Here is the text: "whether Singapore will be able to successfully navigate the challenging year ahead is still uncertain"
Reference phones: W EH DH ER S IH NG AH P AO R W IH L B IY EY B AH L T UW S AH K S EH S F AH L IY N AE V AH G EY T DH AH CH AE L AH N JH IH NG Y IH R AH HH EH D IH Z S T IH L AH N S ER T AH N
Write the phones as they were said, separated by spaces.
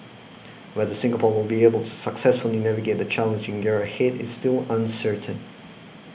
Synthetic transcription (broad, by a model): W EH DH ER S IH NG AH P AO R W IH L B IY EY B AH L T UW S AH K S EH S F AH L IY N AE V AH G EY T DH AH CH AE L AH N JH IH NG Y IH R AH HH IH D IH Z S T IH L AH N S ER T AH N